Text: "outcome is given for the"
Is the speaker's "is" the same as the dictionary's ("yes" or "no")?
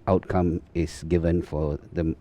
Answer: no